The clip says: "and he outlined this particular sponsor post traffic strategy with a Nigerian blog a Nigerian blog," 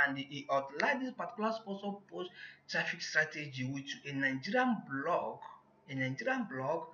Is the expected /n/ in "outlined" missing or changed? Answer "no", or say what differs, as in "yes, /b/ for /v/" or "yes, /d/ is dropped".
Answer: yes, /n/ is dropped